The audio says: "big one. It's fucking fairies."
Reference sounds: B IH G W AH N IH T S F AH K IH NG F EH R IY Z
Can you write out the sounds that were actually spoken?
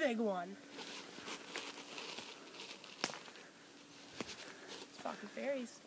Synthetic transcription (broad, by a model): IH G W AH N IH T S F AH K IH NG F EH R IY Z